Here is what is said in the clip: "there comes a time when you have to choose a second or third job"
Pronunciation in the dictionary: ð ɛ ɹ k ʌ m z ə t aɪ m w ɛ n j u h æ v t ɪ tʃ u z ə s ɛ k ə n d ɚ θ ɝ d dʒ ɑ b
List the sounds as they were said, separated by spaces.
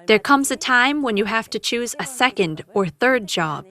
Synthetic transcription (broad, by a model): ð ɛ ɹ k ʌ m z ə t aɪ m w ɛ n j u h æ f t ɪ tʃ u z ə s ɛ k ə n d ɚ θ ɝ d dʒ ɑ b